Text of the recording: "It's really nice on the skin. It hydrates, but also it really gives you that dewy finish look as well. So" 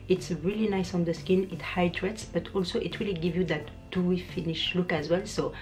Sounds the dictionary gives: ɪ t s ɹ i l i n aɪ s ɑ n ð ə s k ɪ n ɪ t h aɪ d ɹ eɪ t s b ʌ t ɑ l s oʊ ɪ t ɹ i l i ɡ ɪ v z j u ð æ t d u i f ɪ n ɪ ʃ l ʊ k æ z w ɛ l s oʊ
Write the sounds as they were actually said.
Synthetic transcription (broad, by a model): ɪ t s ɹ i l i n aɪ s ɑ n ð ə s k ɪ n ɪ t h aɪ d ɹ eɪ t s b ʌ t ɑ l s oʊ ɪ t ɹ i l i ɡ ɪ v j u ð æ t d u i f ɪ n ɪ ʃ l ʊ k æ z w ɛ l s oʊ